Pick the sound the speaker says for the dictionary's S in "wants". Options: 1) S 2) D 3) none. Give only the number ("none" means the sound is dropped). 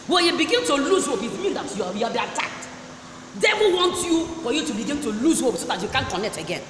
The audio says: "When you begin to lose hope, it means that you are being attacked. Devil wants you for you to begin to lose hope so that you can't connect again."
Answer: 3